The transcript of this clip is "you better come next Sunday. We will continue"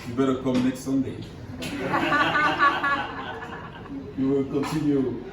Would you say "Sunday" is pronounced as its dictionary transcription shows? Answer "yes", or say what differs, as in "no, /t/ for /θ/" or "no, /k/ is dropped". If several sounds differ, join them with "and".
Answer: yes